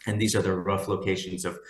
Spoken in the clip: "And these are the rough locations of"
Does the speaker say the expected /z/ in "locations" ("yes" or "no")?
yes